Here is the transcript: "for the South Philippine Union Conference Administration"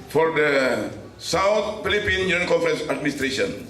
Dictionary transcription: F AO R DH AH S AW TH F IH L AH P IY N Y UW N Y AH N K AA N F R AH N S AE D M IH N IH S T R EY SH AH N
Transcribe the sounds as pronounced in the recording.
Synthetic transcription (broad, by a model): F AO R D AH S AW T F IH L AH P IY N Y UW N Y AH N K AA N F R AH N S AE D M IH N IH S T R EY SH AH N